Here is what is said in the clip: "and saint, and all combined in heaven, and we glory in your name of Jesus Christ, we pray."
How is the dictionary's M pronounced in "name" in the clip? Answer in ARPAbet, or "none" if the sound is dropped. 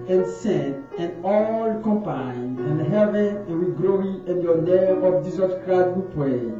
none